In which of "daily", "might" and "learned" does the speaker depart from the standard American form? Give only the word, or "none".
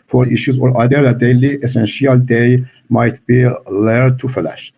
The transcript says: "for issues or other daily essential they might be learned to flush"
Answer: learned